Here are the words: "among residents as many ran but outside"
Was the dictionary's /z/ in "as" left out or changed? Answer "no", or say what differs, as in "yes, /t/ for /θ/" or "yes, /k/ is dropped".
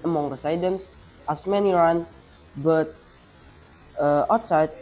yes, /s/ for /z/